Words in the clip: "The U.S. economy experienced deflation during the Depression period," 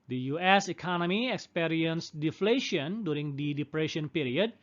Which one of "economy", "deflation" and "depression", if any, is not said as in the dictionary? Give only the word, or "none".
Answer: none